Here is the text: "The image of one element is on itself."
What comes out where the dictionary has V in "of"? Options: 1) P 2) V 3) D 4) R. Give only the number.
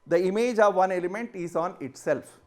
2